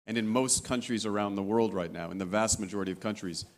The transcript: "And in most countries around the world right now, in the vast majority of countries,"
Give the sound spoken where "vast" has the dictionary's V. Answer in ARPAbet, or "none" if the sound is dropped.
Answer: V